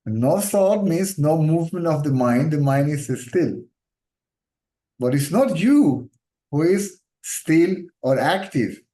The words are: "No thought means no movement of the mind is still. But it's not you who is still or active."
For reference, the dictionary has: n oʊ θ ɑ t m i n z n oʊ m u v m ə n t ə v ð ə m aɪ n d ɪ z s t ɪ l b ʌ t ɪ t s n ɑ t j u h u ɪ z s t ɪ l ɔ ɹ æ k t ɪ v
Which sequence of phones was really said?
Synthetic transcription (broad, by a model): n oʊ s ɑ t m i n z n oʊ m u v m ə n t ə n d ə m aɪ n d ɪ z s t ɪ l b ʌ t ɪ t s n ɑ t j u h u ɪ z s t ɪ l ɔ ɹ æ k t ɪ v